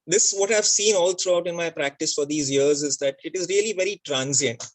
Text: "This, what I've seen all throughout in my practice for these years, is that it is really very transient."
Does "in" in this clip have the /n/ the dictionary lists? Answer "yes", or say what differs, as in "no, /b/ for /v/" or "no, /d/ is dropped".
yes